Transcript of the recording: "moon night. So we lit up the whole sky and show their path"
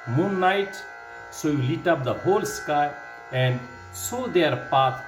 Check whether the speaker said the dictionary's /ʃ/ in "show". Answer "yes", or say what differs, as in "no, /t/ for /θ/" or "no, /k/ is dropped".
no, /s/ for /ʃ/